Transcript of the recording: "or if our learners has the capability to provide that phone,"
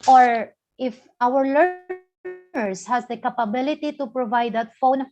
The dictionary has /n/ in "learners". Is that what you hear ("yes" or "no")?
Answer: no